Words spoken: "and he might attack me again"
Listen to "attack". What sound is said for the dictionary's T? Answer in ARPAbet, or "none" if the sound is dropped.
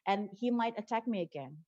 T